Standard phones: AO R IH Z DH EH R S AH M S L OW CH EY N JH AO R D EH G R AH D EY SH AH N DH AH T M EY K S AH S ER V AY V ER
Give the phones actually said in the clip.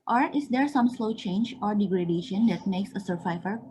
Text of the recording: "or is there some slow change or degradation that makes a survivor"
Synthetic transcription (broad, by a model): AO R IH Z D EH R S AH M S L OW CH EY N JH AO R D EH G R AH D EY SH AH N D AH T M EY K S AH S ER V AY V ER